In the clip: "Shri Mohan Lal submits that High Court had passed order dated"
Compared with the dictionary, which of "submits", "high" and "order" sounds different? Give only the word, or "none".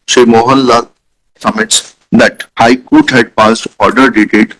submits